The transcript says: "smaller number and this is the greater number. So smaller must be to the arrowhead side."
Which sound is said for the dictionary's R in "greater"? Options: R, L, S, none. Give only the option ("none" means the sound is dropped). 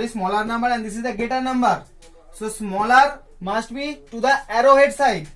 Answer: none